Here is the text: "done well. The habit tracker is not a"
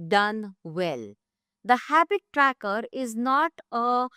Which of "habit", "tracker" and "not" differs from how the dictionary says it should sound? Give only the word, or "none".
none